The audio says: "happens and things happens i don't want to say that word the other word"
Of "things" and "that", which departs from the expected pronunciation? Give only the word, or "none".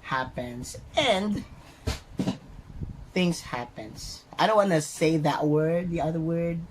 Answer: none